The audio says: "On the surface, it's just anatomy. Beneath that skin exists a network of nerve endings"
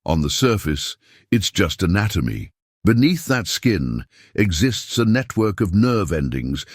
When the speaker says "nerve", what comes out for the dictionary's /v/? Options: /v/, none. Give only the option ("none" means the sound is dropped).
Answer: /v/